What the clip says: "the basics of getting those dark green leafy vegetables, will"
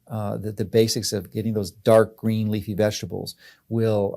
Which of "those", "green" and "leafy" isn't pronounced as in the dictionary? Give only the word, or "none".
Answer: none